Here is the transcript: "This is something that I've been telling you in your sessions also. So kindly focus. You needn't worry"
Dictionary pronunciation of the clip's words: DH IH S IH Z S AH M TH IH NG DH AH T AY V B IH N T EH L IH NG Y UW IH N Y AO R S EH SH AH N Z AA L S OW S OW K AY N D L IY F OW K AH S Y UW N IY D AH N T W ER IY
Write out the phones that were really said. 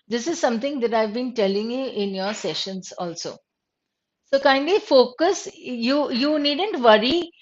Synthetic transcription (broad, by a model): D IH S IH Z S AH M T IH NG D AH T AY V B IH N T EH L IH NG Y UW IH N Y AO R S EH SH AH N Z AA L S OW S OW K AY N D IY F OW K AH S Y UW N IY D AH N T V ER IY